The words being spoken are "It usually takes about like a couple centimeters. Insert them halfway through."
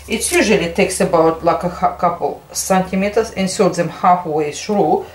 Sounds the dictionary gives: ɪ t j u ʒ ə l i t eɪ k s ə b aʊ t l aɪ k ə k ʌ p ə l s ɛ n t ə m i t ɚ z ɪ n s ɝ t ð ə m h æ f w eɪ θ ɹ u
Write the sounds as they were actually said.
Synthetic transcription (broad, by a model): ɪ t j u ʒ ə l i t eɪ k s ə b aʊ t l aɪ k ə k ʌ p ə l s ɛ n t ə m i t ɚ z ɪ n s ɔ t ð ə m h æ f w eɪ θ ɹ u